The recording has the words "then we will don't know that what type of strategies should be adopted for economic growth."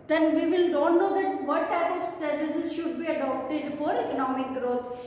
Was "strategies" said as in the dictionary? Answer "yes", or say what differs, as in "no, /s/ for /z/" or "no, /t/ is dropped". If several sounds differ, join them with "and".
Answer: no, /ɹ/ is dropped